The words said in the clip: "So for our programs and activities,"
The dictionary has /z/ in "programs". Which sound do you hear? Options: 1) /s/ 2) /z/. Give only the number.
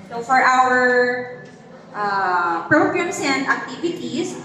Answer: 1